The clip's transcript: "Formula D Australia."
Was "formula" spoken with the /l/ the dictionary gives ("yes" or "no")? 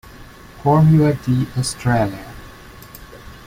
no